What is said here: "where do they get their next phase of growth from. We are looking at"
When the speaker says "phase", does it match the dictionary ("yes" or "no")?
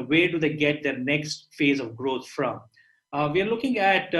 yes